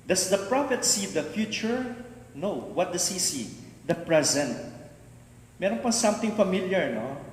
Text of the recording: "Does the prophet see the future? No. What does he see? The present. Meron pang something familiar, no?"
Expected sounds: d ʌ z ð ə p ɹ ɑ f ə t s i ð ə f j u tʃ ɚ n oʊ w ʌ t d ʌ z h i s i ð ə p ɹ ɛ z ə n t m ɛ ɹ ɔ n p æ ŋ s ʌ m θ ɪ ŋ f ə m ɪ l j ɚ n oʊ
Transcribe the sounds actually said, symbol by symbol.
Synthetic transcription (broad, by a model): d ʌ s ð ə p ɹ ɑ f ə t s i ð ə f j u tʃ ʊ n oʊ w ʌ t d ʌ s h i s i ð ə p ɹ ɛ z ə n t m ɛ ɹ ɔ n p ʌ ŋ s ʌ m t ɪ ŋ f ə m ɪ l j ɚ n oʊ